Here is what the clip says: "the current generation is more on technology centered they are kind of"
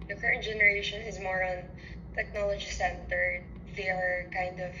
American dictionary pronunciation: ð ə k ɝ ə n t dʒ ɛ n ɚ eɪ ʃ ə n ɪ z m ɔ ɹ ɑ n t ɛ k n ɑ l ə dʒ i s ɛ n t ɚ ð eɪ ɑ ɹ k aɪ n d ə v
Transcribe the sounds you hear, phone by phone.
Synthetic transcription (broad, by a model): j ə k ɝ ə n t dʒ ɛ n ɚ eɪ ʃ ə n ɪ z m ɔ ɹ ɑ n t ɛ k n ɑ l ə dʒ i s ɛ n t ɚ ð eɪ ɑ ɹ k aɪ n d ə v